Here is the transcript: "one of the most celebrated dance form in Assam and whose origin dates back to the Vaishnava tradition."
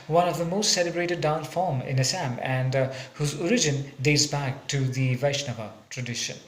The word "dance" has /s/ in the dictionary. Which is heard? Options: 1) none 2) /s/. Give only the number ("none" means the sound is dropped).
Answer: 1